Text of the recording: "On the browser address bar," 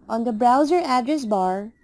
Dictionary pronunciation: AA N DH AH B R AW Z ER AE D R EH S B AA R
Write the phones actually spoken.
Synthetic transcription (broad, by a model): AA N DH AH B R AW Z ER AE D R EH S B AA R